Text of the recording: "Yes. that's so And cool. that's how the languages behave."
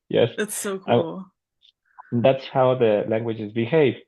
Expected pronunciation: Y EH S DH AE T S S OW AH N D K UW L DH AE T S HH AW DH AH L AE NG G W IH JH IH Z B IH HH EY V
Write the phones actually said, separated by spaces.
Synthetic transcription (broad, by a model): Y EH S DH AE T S S OW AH K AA L DH AE T S HH AW DH AH L AE NG G W IH JH IH Z B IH HH EY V